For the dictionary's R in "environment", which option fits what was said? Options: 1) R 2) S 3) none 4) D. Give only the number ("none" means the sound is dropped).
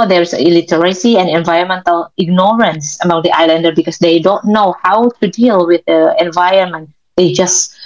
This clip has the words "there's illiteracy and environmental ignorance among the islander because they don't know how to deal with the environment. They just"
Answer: 3